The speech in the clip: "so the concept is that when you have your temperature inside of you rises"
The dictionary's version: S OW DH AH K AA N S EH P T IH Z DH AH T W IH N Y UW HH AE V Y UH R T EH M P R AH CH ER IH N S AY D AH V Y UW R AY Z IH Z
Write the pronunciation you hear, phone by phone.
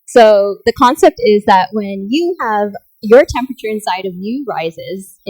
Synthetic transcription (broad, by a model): S OW DH AH K AA N S EH P T IH Z DH AH T W IH N Y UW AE V Y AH R T EH M P R AH CH ER IH N S AY D AH V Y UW R AY Z IH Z